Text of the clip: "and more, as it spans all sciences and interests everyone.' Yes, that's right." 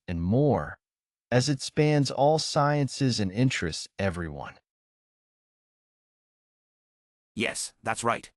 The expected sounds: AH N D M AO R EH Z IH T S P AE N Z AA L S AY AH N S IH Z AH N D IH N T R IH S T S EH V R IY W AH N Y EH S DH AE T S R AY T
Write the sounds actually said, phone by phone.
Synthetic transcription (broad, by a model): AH N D M AO R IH Z IH T S P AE N Z AA L S AY AH N S IH Z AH N IH N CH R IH S T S EH V R IY W AH N Y EH S DH AE T S R AY T